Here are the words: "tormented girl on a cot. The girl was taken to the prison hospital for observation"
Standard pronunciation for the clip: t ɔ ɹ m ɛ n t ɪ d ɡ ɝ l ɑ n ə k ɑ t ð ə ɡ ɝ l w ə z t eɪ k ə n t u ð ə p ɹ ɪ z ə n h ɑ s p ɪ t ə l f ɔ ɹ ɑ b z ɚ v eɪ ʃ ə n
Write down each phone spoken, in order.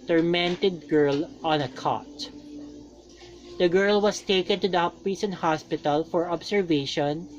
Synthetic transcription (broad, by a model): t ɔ ɹ m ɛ n t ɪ d ɡ ɝ l ɑ n ə k ɑ t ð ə ɡ ɝ l w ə s t eɪ k ə n t u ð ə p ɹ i s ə n h ɑ s p ɪ t ə l f ɔ ɹ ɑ b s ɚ v eɪ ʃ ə n